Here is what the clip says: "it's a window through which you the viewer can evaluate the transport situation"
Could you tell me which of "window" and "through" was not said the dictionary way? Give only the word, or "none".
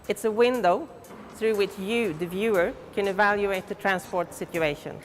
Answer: none